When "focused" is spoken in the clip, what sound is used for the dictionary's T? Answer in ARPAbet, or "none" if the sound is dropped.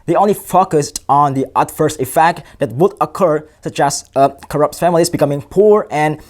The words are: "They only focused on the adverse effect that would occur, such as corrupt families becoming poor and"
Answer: T